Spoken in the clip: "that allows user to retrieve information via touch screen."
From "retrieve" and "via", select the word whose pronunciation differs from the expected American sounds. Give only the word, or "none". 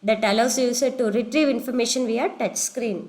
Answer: none